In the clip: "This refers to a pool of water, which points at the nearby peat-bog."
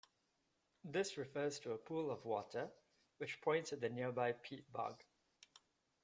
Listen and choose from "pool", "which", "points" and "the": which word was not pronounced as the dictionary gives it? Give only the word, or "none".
points